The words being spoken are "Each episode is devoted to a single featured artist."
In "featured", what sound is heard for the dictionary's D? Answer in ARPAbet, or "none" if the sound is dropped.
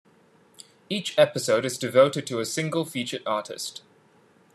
none